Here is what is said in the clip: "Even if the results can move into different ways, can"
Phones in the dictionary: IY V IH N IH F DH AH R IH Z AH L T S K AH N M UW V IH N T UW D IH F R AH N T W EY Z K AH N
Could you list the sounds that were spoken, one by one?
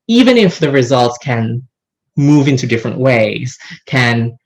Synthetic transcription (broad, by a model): IY V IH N IH F DH AH R IH Z AH L T S K AH N M UW V IH N T UW D IH F R AH N T W EY Z K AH N